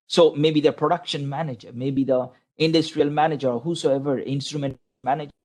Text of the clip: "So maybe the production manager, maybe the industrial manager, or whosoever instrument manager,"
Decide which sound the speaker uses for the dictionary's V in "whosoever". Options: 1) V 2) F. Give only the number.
1